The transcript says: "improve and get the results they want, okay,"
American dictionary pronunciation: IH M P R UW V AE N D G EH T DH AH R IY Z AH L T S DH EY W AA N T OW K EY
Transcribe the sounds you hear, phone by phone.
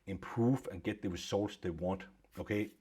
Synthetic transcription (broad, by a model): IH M P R UW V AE N G EH T DH AH R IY S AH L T S DH EY W AA N T OW K EY